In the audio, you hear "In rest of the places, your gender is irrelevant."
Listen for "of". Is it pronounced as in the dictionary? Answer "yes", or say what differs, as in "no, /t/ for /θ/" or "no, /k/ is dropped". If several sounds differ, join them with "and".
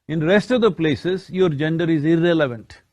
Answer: yes